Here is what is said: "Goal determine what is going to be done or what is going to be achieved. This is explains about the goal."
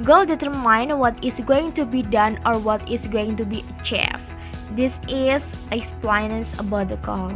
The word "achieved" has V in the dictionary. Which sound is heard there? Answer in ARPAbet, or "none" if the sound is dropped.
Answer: F